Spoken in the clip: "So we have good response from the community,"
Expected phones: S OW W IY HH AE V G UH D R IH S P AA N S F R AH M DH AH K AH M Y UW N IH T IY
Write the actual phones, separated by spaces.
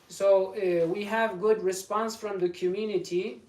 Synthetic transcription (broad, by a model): S OW W IY HH AE V G UH D R IH S P AA N S F R AH M DH AH K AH M Y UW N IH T IY